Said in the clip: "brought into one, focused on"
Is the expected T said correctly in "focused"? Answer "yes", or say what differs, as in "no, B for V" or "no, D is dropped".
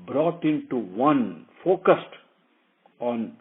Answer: yes